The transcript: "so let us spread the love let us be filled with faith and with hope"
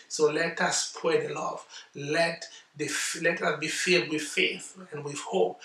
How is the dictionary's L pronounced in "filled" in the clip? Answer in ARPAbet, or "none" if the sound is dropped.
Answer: none